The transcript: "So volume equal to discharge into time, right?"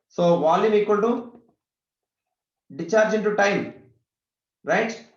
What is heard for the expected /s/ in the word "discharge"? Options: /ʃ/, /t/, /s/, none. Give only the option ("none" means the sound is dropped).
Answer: none